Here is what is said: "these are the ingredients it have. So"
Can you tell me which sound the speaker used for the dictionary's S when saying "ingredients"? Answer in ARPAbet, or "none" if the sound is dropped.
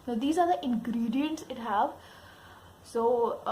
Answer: S